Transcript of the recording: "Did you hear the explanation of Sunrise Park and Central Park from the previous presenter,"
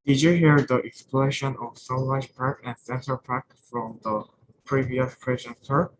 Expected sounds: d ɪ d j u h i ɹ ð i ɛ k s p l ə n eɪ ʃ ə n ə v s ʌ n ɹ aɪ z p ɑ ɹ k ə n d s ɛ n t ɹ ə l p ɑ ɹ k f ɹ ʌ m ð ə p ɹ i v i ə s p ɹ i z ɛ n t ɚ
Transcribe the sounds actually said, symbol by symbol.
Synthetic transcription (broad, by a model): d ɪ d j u h i ɹ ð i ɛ k s p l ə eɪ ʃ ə n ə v s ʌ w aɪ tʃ p ɑ ɹ k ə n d s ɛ n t ə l p ɑ ɹ k f ɹ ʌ m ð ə p ɹ i v i ə s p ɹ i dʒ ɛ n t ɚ